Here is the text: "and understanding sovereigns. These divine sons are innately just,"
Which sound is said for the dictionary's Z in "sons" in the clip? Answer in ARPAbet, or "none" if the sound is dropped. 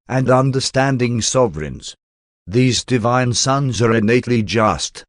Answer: Z